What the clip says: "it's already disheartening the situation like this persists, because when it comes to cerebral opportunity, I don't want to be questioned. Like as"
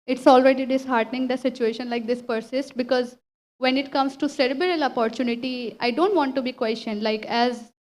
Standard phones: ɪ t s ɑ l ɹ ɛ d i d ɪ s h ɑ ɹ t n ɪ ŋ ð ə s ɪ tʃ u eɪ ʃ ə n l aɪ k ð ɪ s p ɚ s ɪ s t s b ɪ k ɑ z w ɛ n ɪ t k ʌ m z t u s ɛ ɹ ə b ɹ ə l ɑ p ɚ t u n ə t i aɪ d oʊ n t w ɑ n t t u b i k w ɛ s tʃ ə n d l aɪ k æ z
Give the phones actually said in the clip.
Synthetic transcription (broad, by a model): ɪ t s ɑ l ɹ ɛ d i d ɪ s h ɑ ɹ t n ɪ ŋ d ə s ɪ tʃ u eɪ ʃ ə n l aɪ k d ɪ s p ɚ s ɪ s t b ɪ k ɑ z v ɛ n ɪ t k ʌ m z t u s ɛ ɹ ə b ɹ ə l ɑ p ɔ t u n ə t i aɪ d oʊ n t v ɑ n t t u b i k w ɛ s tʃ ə n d l aɪ k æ z